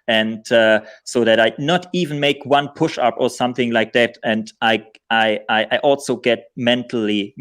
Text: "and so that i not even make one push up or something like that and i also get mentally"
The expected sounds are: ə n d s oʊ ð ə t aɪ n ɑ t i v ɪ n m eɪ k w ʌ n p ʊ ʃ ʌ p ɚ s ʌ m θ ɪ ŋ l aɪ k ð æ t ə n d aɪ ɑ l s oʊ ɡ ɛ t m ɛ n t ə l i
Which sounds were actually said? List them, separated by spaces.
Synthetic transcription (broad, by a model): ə n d s oʊ ð ə t aɪ n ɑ t i v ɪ n m eɪ k w ʌ n p ʊ ʃ ʌ p ɚ s ʌ m θ ɪ ŋ l aɪ k ð æ t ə n d aɪ ɑ l s oʊ ɡ ɛ t m ɛ n t l i